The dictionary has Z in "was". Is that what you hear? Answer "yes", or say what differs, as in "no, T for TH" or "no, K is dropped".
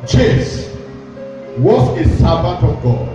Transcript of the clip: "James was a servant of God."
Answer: no, S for Z